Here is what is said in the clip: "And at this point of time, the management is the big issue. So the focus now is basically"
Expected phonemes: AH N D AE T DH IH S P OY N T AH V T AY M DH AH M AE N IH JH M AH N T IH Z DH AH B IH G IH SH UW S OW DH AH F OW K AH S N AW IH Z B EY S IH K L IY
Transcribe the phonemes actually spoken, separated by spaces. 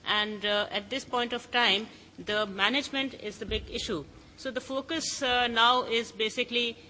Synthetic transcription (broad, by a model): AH N D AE T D IH S P OY N T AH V T AY M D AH M AE N IH JH M AH N T IH Z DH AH B IH G IH SH UW S OW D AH F OW K AH S N AW IH Z B EY S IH K L IY